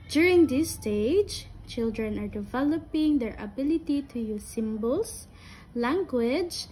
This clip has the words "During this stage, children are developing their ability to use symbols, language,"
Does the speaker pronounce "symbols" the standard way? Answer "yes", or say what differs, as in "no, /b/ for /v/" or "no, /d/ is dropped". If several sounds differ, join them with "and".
no, /s/ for /z/